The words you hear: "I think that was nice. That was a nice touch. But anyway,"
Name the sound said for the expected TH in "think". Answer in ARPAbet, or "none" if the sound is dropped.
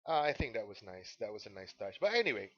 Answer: TH